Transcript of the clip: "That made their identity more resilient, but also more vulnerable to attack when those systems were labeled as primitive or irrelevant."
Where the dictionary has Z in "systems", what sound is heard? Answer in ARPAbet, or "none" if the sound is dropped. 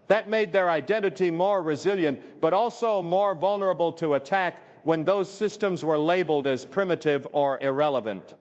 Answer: Z